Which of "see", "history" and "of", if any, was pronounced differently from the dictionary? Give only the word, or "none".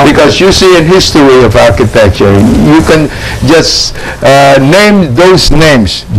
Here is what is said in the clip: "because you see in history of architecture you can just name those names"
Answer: none